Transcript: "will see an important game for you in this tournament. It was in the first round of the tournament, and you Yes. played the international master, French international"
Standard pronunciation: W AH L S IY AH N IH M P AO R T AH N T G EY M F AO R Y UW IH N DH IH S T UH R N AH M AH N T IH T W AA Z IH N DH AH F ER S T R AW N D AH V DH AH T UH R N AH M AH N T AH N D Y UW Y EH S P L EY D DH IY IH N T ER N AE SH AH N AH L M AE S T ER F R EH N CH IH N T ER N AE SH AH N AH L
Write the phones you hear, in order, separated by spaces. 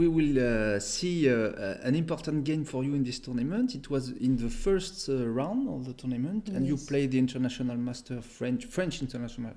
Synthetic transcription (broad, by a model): W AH L S IY AH N IH M P AO R T AH N T G EY M F AO R Y UW IH N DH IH S T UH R N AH M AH N T IH T W AA Z IH N DH AH F ER S T R AW N D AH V DH AH T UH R N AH M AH N T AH N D Y UW P L EY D DH IY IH N T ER N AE SH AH N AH L M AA S T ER F R EH N CH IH N T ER N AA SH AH N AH L